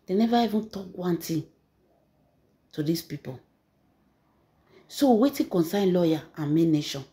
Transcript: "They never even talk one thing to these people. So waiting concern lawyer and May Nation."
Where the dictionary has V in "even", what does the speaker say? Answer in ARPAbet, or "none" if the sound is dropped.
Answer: V